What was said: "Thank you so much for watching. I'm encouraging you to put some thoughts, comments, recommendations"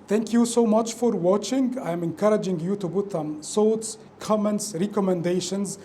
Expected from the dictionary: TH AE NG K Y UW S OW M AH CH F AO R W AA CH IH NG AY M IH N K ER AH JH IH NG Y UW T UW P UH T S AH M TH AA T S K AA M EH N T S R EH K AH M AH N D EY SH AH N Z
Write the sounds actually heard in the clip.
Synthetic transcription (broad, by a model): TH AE NG K Y UW S OW M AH CH F AO R W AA CH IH NG AY M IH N K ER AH JH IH NG Y UW T UW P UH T S AH M S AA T S K AA M EH N T S R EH K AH M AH N D EY SH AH N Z